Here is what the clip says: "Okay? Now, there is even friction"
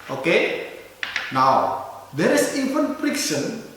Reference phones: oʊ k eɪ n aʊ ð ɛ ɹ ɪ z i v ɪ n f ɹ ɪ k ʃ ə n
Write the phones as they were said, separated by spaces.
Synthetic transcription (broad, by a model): oʊ k eɪ n aʊ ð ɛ ɹ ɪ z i f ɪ n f ɹ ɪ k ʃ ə n